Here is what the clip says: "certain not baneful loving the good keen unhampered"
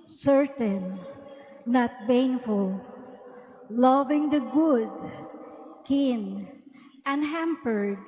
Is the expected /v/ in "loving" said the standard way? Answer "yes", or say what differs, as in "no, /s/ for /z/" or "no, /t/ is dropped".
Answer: yes